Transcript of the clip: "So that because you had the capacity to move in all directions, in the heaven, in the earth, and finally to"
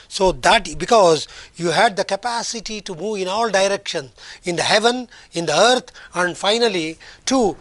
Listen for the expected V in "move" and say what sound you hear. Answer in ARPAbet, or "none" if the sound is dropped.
V